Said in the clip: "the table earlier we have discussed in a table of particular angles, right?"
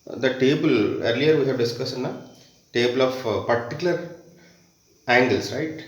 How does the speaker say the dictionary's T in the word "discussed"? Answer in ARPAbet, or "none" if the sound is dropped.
none